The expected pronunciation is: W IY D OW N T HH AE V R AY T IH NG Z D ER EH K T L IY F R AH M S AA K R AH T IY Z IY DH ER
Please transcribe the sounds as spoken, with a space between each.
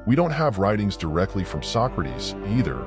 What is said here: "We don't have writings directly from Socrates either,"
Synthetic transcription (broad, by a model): W IY D OW N T HH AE V R AY T IH NG Z D ER EH K T L IY F R AH M S AA K R AH T IY Z IY DH ER